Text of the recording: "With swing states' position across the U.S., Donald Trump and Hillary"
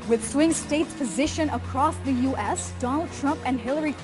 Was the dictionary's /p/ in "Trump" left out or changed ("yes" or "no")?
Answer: no